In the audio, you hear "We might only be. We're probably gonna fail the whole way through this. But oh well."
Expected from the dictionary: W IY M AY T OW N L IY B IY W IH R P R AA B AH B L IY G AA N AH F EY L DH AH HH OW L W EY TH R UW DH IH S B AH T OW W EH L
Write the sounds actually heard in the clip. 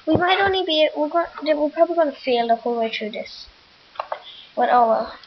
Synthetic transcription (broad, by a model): W IY M AY T OW N L IY B IY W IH W P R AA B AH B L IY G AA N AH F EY L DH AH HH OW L W EY T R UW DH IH S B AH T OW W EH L